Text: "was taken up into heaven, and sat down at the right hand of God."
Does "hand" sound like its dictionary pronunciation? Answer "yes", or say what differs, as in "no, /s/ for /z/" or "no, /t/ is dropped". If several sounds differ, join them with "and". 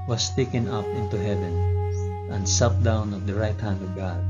yes